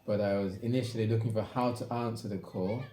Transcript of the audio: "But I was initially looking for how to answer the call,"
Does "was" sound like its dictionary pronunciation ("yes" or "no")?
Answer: yes